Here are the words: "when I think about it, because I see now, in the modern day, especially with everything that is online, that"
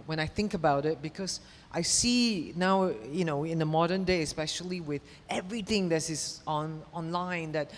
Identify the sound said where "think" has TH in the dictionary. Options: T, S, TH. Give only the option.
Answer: TH